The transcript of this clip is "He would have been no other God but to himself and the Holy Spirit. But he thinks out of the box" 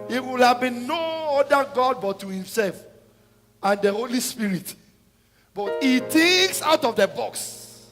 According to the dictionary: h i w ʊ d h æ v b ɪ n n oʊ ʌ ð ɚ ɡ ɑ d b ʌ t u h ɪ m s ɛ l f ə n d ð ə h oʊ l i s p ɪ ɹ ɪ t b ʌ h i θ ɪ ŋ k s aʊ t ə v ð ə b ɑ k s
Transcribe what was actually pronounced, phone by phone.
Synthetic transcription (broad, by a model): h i w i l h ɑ v b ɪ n n oʊ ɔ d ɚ ɡ ɑ d b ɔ t u h ɪ m s ɛ l f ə n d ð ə h oʊ l i s p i ɹ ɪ t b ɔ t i t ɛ k s aʊ t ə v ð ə b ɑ k s